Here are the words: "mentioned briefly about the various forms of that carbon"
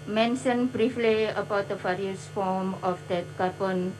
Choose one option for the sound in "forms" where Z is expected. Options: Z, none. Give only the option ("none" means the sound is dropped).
none